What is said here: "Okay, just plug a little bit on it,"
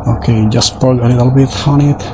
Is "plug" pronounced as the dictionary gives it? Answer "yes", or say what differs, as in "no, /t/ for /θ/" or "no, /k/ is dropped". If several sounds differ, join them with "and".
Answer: no, /l/ is dropped